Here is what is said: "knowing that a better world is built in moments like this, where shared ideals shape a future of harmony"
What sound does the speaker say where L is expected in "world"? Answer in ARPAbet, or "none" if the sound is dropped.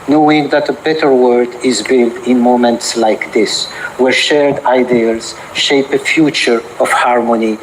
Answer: none